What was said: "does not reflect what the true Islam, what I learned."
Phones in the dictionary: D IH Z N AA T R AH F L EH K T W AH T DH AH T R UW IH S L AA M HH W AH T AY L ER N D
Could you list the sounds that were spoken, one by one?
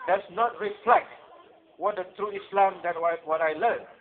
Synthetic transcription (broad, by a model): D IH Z N AA T R AH F L EH K T W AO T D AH T R UW IH S L AA M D W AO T AY L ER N